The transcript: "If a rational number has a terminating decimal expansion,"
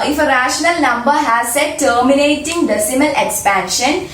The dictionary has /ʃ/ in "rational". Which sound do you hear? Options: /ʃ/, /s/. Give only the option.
/ʃ/